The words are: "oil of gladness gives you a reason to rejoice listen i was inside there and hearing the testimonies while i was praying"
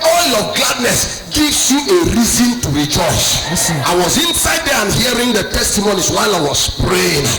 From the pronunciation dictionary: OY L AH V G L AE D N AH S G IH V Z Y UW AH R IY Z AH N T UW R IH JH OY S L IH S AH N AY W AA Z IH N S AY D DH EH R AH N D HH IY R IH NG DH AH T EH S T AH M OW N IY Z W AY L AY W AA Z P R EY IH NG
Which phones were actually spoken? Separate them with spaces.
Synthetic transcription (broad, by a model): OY L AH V G L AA D N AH S G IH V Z Y UW AH R IY Z AH N T UW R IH JH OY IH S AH IH W AA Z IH N S AY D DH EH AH N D HH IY R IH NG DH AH T EH S T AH M OW N IY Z W AY L AY W AA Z P R EY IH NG